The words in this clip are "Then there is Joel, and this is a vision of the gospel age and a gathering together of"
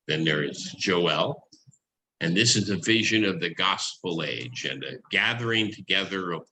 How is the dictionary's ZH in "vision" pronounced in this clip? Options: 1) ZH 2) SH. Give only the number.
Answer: 1